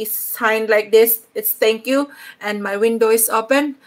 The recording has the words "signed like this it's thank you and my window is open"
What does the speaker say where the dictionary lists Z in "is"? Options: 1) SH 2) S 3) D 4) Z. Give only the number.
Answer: 2